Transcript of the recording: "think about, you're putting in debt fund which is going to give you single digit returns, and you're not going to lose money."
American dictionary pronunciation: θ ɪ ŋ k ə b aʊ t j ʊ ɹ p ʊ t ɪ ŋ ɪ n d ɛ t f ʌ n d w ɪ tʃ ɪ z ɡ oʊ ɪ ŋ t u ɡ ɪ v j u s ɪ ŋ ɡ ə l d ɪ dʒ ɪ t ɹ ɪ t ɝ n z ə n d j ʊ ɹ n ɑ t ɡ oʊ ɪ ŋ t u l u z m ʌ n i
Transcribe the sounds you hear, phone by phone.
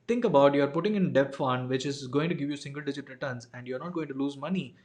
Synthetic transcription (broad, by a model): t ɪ ŋ k ə b aʊ t j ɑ ɹ p ʊ t ɪ ŋ ɪ n d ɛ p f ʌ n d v ɪ tʃ ɪ z ɡ oʊ ɪ ŋ t u ɡ ɪ v j u s ɪ ŋ ɡ ə l d ɪ dʒ ɪ t ɹ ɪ t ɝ n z ə n d j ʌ ɹ n ɑ t ɡ oʊ ɪ ŋ t u l u z m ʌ n i